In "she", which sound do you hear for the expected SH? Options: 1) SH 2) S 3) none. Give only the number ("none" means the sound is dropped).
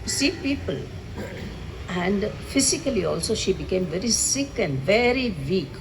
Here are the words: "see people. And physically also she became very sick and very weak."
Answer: 1